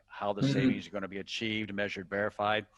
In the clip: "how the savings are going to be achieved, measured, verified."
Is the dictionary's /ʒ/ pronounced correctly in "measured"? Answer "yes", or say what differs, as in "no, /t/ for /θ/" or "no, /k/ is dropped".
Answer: yes